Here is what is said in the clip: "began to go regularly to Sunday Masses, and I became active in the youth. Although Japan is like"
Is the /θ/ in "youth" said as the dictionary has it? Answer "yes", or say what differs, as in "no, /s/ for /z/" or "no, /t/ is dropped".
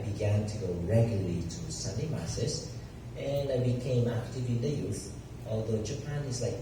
yes